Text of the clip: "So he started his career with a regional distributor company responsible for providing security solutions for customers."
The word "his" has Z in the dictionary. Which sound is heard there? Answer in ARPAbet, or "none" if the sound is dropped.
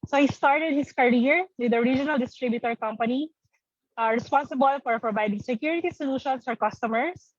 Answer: S